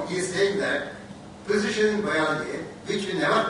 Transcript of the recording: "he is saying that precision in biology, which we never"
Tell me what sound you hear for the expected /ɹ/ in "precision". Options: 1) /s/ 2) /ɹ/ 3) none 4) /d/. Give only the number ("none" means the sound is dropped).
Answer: 3